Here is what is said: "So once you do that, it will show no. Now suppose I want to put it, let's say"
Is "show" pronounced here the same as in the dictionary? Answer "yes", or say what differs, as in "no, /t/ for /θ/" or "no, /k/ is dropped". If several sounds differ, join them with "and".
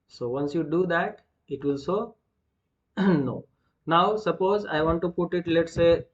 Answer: no, /s/ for /ʃ/